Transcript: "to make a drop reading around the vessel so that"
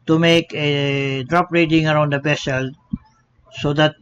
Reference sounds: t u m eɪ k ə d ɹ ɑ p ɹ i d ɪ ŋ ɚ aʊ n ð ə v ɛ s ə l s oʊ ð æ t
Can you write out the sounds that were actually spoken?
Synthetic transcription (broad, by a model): t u m eɪ k ə d ɹ ɑ p ɹ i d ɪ ŋ ɚ aʊ n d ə b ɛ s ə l s oʊ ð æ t